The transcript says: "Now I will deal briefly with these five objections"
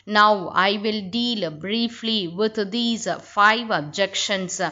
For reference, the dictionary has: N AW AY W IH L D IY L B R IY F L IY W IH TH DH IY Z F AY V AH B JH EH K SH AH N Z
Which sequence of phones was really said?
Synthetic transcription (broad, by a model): N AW AY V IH L D IY L B R IY F L IY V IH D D IY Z F AY V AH B JH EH K SH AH N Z